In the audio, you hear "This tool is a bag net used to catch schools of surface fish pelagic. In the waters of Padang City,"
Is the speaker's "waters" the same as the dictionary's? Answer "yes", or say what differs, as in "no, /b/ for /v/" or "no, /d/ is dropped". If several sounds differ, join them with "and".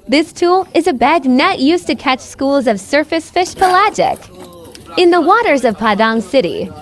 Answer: yes